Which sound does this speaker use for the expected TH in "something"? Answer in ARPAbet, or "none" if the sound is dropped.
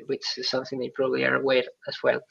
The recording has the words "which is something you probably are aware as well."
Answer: TH